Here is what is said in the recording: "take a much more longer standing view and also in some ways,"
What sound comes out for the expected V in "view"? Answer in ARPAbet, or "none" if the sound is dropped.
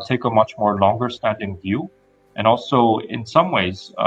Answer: V